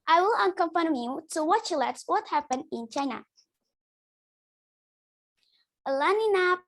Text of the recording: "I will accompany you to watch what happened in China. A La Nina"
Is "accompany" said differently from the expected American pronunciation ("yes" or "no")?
yes